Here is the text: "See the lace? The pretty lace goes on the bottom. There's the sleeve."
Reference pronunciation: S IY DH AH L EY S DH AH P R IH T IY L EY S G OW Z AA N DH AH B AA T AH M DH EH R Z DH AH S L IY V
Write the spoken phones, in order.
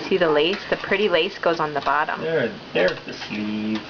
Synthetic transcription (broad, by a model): S IY DH AH L EY S DH AH P R IH T IY L EY S G OW Z N DH AH B AA T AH M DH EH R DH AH S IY